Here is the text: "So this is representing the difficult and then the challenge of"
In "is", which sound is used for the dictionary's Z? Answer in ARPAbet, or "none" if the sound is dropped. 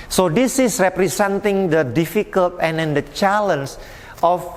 S